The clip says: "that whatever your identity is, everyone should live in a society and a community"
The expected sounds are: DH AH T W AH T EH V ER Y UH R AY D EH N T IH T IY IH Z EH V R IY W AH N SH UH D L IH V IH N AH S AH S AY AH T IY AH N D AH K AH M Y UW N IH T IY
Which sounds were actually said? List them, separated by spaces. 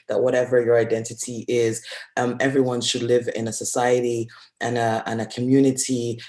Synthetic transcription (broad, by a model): DH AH T W AH T EH V ER Y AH R AY D EH N T IH T IY IH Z EH V R IY W AH N SH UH D L IH V IH N AH S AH S AY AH T IY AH N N AH K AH M Y UW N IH T IY